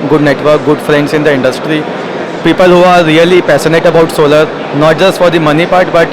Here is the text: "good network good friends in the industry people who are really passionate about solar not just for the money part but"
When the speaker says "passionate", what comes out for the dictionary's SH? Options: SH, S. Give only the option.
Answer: S